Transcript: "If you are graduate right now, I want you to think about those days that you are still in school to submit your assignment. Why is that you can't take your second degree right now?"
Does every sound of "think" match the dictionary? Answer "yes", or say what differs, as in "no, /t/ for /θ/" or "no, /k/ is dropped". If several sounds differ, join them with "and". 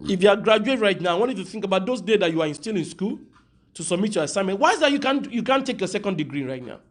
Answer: yes